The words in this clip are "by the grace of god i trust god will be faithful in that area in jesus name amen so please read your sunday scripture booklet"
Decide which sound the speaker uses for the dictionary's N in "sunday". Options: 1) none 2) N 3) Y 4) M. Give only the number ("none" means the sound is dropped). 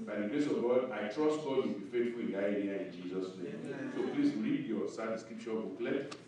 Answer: 1